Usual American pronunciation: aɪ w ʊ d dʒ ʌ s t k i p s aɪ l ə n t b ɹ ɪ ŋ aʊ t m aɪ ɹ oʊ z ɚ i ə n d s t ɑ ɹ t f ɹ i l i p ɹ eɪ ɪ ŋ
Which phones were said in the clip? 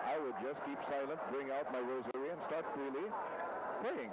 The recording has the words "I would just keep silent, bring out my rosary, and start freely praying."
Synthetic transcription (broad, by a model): aɪ w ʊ d dʒ ʌ s k i p s aɪ l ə n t b ɹ ɪ ŋ aʊ t m aɪ ɹ oʊ z ɚ i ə n s t ɑ ɹ t f ɹ i l i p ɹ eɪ ɪ ŋ